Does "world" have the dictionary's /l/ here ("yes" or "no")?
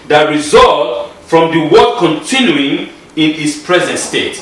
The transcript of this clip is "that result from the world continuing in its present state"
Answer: no